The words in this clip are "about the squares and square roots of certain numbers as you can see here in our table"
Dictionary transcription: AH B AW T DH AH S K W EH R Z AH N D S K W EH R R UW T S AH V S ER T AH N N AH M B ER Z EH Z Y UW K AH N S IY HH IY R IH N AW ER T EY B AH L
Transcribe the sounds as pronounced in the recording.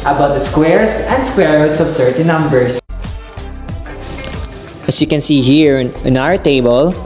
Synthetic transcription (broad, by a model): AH B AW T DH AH S K W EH R S AH N D S K W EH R R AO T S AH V S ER T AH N N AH M B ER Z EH S Y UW K AH N S IY HH IY R IH N AW ER T EY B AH L